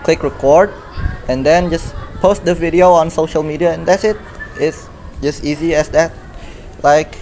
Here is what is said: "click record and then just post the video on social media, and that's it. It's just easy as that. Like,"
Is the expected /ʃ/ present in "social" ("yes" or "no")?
yes